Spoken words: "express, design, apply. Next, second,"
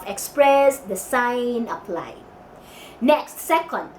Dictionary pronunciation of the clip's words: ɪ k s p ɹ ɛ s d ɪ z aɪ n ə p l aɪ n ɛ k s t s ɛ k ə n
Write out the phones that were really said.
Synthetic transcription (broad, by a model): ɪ k s p ɹ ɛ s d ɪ s aɪ n ə p l aɪ n ɛ k s t s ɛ k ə n